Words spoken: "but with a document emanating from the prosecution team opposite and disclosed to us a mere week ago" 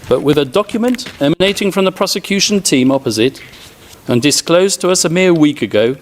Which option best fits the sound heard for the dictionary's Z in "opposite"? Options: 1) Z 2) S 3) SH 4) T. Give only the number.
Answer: 1